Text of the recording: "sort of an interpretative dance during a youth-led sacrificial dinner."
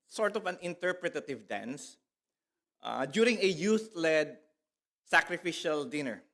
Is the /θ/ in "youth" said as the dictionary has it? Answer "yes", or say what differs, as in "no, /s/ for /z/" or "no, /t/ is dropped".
no, /t/ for /θ/